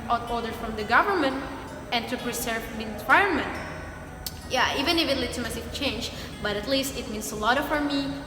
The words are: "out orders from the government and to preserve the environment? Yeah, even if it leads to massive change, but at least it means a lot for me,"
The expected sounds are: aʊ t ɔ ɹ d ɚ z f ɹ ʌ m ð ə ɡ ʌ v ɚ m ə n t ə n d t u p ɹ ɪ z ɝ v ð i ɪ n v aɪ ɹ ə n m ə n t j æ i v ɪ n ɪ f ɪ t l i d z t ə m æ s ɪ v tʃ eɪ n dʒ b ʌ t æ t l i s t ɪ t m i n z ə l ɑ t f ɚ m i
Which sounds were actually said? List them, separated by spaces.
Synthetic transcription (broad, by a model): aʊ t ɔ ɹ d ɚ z f ɹ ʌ m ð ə ɡ ʌ v ɚ m ə n t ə n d t u p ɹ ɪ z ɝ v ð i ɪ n w aɪ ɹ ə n m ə n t j æ i v ɪ n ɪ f ɪ t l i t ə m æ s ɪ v tʃ eɪ n dʒ b ʌ t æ t l i s t ɪ t m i n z ə l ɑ t f ɚ m i